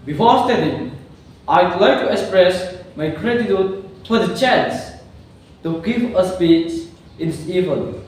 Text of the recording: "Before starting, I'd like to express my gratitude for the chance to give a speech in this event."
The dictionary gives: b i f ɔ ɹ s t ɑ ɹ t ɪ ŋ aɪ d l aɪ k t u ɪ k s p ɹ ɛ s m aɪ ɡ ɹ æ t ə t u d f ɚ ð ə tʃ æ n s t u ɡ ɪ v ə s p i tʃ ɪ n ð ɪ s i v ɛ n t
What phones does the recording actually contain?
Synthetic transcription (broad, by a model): b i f ɔ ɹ s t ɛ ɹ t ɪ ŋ aɪ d l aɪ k t u ɪ k s p ɹ ɛ s m aɪ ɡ ɹ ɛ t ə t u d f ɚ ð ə tʃ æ n s t u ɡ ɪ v ə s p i s ɪ n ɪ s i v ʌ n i